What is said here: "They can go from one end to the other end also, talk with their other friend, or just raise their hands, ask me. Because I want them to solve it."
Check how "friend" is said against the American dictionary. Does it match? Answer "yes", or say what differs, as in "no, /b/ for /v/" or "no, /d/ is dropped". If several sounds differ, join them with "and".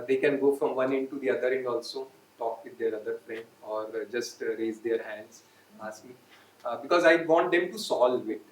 no, /d/ is dropped